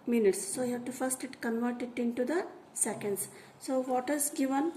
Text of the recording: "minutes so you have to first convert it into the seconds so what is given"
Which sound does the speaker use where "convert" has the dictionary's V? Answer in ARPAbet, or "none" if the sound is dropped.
V